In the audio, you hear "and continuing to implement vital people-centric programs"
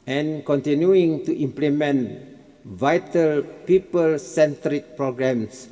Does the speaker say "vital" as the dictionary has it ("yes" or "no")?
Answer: yes